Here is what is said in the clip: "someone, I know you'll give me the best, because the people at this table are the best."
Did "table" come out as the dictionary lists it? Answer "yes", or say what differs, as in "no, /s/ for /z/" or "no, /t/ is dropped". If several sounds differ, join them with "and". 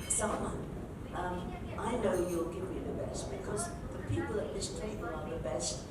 no, /n/ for /l/